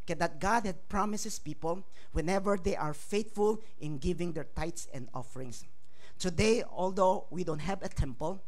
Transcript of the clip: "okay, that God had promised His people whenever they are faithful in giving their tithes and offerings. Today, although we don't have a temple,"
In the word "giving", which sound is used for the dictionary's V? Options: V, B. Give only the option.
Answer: V